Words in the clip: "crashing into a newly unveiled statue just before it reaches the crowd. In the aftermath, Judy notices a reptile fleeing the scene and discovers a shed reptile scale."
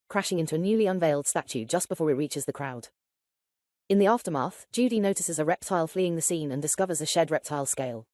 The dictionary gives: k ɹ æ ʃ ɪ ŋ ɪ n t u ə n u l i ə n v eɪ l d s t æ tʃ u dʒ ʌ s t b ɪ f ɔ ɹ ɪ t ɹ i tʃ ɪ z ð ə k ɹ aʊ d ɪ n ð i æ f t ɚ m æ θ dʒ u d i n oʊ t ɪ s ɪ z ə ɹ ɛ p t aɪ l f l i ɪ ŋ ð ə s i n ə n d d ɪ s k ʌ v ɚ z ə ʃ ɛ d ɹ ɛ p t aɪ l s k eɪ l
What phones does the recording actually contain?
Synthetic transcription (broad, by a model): k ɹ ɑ ʃ ɪ ŋ ɪ n t u ə n u l i ə n v eɪ l d s t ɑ tʃ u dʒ ʌ s b ɪ f ɔ ɹ ɪ t ɹ i tʃ ɪ z ð ə k ɹ aʊ d ɪ n ð i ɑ f t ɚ m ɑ θ dʒ u d i n oʊ t ɪ s ɪ z ə ɹ ɛ p t aɪ l f l i ɪ ŋ ð ə s i n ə n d d ɪ s k ʌ v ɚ z ə ʃ ɛ d ɹ ɛ p t aɪ l s k eɪ l